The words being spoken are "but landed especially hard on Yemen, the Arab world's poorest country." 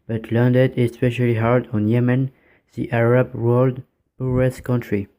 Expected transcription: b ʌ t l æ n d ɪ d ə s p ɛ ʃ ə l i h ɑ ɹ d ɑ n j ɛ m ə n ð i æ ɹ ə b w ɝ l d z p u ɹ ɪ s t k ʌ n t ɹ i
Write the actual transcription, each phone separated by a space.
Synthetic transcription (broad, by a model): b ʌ t l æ n d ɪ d ə s p ɛ ʃ ə l i h ɑ ɹ d ɑ n j ɛ m ə n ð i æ ɹ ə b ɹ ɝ l d p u ɹ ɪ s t k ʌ n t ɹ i